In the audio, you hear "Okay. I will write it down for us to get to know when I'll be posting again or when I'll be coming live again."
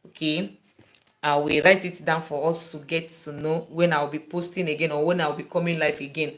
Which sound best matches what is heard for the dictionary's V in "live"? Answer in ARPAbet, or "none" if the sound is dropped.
F